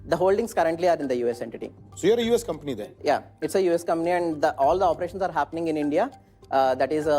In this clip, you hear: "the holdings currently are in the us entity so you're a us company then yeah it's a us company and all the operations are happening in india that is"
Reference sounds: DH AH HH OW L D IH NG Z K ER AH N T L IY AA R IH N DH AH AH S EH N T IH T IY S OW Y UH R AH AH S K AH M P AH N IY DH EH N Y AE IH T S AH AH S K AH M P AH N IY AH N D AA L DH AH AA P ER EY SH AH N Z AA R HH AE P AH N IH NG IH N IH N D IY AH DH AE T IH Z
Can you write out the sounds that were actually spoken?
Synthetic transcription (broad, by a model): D AH HH OW L D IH NG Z K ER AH N T L IY AA R IH N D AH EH S EH N T IH T IY S OW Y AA R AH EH S K AH M P AH N IY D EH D Y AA IH T S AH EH S K AH M P AH N IY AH N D AA L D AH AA P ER EY SH AH N S AA R HH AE P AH N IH NG IH N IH N D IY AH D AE T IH Z